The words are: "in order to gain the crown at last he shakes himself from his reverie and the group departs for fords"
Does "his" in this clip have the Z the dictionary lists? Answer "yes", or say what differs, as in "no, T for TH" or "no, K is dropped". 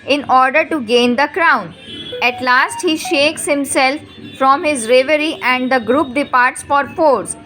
yes